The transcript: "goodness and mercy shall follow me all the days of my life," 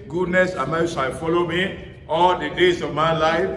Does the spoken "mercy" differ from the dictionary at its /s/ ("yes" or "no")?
yes